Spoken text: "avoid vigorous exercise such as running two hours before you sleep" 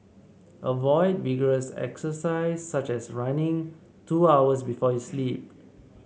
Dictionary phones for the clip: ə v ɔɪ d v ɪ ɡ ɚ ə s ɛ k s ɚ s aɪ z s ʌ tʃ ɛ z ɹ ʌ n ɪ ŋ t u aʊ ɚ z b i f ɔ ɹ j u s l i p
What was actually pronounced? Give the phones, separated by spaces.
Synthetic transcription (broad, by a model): ə v ɔɪ d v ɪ ɡ ɚ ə s ɛ k s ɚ s aɪ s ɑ tʃ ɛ s ɹ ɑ n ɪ ŋ t u aʊ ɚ s b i f ɔ j u s l i p